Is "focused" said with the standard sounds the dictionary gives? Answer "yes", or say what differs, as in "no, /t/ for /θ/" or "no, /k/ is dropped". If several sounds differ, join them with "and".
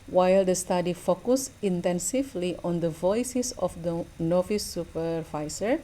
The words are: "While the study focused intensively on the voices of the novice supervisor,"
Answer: no, /t/ is dropped